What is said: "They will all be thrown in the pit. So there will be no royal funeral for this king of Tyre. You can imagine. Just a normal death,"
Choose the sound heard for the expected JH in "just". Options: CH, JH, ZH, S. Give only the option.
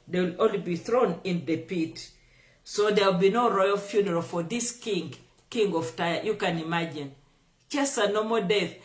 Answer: CH